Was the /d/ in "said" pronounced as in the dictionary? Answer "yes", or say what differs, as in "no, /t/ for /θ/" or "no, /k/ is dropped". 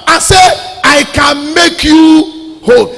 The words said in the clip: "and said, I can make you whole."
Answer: no, /d/ is dropped